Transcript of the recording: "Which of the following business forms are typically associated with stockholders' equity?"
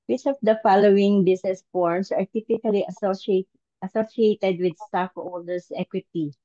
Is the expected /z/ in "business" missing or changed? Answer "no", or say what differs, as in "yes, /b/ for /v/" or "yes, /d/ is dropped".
yes, /s/ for /z/